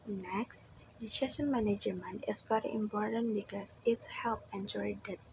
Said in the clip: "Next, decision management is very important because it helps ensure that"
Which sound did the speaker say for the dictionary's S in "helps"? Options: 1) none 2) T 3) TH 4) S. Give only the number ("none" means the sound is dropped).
1